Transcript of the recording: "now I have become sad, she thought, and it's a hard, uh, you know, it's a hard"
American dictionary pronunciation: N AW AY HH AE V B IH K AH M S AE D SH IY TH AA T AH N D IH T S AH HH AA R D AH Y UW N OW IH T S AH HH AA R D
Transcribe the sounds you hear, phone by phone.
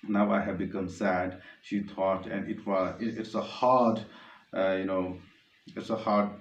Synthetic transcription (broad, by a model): N AW AY HH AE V B IH K AH M S AE D SH IY T AA T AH N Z IH T S AH HH AA R D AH Y UW N OW IH T S AH HH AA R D